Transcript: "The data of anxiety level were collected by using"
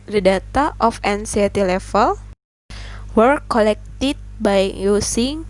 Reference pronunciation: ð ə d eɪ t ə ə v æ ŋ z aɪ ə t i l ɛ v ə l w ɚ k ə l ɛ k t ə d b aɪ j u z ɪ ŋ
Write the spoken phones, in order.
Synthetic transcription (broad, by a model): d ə d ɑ t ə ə f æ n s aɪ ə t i l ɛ f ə l w ɚ k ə l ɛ k t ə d b aɪ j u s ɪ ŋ